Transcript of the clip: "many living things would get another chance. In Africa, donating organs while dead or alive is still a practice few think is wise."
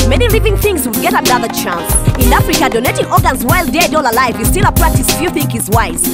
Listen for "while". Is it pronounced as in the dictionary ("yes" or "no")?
yes